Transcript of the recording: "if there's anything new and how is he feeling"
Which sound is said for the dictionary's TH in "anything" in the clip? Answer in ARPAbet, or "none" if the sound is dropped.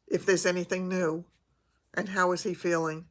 TH